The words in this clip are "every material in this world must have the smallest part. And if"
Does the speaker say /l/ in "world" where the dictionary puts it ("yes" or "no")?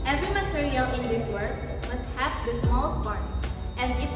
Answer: no